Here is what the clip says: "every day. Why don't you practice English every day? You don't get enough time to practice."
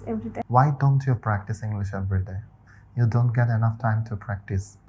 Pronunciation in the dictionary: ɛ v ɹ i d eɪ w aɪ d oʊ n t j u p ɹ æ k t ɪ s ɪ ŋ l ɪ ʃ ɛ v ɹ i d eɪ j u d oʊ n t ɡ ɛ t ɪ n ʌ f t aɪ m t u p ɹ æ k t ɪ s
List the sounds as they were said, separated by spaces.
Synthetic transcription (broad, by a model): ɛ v ɹ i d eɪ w aɪ d oʊ n t j u p ɹ æ k t ɪ s ɪ ŋ l ɪ ʃ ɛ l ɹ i d eɪ j u d oʊ n t ɡ ɛ t ɪ n ʌ f t aɪ m t u p ɹ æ k t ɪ s